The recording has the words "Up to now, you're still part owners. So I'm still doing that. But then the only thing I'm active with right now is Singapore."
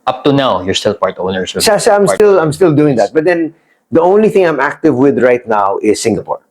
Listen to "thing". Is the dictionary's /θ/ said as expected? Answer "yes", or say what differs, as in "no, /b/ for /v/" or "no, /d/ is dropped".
yes